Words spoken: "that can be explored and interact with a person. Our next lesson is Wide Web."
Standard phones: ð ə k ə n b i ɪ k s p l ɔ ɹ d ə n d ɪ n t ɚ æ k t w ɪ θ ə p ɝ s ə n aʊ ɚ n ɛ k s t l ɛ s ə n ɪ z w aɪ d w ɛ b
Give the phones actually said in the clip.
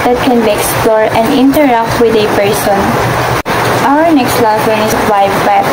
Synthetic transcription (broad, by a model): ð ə k ə n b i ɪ k s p l ɔ ɹ ə n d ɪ n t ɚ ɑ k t w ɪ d ə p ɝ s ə n aʊ ɚ n ɛ k s t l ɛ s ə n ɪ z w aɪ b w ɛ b